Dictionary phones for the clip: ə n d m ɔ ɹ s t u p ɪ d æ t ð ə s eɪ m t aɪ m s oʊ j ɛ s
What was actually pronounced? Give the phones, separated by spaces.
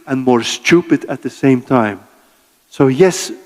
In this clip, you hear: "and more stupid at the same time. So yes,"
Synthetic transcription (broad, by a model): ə n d m ɔ ɹ s t u p ɪ d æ t ð ə s eɪ m t aɪ m s oʊ j ɛ s